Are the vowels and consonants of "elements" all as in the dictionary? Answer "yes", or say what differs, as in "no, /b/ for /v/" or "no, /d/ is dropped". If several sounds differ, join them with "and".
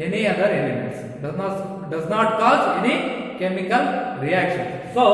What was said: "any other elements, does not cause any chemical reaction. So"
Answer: no, /n/ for /l/